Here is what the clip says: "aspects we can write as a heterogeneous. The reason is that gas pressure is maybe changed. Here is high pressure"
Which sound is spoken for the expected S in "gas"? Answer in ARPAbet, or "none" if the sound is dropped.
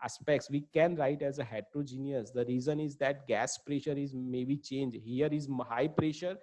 S